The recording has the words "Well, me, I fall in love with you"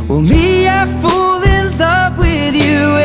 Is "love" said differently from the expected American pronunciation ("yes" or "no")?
yes